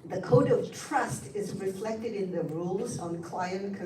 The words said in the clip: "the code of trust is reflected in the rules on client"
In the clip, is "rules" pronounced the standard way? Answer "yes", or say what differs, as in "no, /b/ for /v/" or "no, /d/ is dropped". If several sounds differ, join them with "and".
yes